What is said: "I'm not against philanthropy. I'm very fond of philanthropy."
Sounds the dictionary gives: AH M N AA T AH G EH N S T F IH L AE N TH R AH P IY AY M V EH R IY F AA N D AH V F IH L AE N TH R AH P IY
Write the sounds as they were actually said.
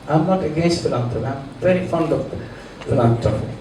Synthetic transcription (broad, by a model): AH M N AA T AH G EH N S T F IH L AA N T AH AY M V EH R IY F AA N D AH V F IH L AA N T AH